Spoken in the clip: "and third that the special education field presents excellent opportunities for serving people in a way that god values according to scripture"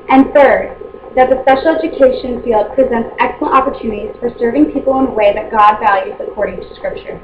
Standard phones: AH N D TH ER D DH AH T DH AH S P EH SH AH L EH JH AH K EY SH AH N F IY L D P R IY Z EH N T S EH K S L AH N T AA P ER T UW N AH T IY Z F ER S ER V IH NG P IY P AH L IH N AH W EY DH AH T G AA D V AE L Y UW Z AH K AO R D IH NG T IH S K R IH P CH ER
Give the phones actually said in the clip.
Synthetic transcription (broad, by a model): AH N TH ER D DH AH T DH AH S P EH SH L EH JH AH K EY SH AH N F IY L D P R IY Z EH N T S EH K S L AH N T AA P ER T UW N AH T IY Z F ER S ER V IH NG P IY P L IH N W EY DH AH T G AA D V AE L Y UW Z AH K AO R D IH NG T IH S K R IH P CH ER